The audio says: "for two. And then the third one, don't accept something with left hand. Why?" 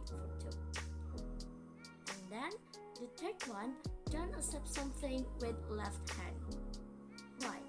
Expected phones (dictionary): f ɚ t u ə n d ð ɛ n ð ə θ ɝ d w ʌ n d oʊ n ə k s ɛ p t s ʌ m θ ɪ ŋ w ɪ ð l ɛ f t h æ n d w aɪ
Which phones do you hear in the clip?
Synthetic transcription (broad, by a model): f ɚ t u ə n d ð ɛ n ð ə t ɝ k w ʌ n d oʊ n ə s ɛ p s ʌ m θ ɪ ŋ w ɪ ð l ɛ f t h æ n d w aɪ